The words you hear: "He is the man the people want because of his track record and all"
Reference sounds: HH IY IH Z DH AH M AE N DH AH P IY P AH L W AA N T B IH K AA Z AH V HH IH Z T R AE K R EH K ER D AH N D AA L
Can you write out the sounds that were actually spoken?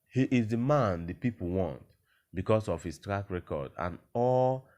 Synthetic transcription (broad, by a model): HH IY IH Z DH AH M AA N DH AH P IY P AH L W AA N T B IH K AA S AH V HH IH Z T R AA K R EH K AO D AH N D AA L